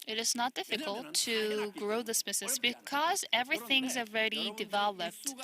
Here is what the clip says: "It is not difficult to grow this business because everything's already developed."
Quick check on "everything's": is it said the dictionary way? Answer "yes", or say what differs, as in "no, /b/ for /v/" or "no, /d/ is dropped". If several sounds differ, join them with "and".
yes